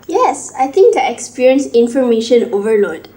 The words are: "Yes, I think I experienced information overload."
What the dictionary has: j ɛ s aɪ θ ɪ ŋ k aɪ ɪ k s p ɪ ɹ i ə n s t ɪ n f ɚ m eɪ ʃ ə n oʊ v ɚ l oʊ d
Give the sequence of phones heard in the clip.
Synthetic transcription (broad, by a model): j ɛ s aɪ t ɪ ŋ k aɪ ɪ k s p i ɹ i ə n s ɪ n f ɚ m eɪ ʃ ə n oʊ v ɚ l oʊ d